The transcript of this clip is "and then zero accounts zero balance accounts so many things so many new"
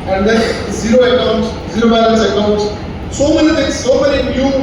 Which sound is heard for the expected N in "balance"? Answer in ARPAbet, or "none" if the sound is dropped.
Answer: none